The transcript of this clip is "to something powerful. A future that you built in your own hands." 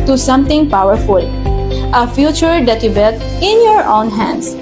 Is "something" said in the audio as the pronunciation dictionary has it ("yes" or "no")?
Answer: no